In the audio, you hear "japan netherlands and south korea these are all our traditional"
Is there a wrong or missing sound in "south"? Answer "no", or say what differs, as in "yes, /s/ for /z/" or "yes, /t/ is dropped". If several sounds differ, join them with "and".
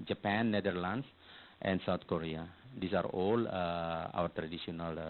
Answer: yes, /t/ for /θ/